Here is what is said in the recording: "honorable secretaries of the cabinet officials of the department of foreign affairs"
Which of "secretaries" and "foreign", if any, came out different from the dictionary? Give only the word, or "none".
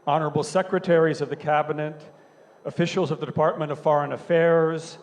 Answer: none